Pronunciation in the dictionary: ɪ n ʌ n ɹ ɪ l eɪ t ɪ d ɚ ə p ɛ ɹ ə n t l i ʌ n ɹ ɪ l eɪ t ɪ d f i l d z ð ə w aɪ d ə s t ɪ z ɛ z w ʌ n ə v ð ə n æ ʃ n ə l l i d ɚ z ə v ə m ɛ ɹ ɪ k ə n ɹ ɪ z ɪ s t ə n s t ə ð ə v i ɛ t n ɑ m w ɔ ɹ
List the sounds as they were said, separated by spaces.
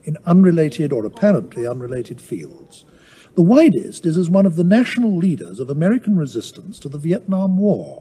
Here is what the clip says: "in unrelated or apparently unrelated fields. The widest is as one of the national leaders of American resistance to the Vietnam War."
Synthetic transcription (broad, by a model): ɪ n ʌ n ɹ ɪ l eɪ t ɪ d ɚ ə p ɛ ɹ ə n t l i ʌ n ɹ ɪ l eɪ t ɪ d f i l d z ð ə w aɪ d ə s t ɪ z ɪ z w ʌ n ə v ð ə n æ ʃ n l l i d ɚ z ə v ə m ɛ ɹ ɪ k n ɹ ɪ z ɪ s t ə n s t ə ð ə v i ɛ t n ɑ m w ɔ ɹ